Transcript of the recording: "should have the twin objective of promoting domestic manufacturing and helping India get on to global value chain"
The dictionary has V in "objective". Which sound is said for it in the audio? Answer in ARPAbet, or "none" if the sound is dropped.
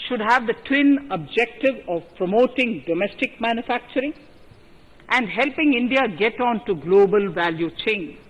V